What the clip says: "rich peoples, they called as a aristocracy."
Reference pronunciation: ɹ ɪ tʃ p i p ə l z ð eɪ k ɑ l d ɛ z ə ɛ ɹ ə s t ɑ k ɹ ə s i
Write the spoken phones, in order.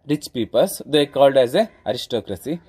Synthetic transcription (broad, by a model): ɹ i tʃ p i p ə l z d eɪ k ɑ l d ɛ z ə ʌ ɹ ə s t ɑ k ɹ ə s i